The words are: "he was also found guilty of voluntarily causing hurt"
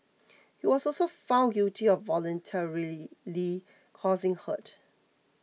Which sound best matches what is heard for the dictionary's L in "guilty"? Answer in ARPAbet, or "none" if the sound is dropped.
none